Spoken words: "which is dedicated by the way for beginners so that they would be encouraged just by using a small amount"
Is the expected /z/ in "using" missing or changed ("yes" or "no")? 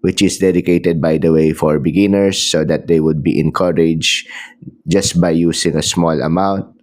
yes